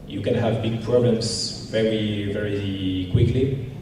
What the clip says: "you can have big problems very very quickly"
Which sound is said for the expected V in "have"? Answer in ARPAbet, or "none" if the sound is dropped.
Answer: V